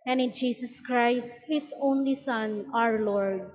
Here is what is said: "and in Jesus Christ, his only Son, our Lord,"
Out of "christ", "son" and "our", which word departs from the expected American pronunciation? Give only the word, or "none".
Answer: none